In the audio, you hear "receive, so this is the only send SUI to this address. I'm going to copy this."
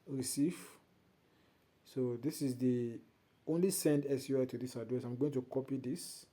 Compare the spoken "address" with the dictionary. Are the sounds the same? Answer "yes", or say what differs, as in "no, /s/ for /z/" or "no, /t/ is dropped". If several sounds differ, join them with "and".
no, /ɹ/ is dropped